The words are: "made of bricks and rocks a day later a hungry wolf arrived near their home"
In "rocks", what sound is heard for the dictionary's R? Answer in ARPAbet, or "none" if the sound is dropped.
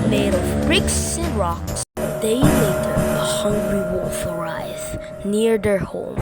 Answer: R